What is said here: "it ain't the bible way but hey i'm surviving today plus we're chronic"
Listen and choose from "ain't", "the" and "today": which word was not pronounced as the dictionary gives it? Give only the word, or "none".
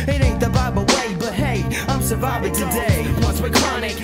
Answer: ain't